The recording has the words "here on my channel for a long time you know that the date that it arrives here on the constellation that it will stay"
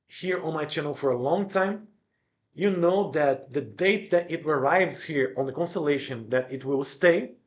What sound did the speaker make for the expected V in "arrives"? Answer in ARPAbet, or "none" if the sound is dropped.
V